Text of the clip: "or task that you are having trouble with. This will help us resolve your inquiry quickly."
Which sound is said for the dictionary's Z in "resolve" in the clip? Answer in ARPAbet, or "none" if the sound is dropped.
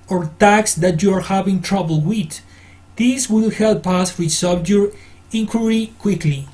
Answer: S